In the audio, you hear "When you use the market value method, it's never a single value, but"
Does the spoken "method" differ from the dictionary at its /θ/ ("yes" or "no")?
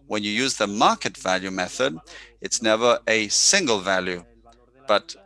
no